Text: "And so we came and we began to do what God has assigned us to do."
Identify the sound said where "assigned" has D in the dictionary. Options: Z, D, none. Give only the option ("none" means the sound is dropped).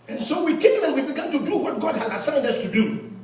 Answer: D